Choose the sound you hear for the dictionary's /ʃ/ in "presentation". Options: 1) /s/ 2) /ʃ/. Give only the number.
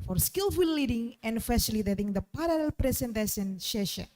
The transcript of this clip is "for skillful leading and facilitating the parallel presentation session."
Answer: 1